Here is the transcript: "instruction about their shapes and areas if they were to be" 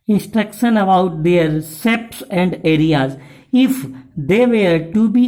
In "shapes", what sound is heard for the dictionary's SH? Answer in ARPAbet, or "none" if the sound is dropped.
S